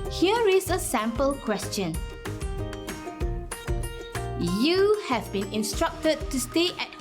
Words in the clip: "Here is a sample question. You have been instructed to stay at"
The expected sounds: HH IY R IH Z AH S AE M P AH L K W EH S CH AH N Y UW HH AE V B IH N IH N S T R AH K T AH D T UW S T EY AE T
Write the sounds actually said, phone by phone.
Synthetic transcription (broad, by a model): HH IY R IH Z AH S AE M P AH L K W EH S CH AH N Y UW HH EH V B IH N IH N S T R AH K T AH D T UW S T EY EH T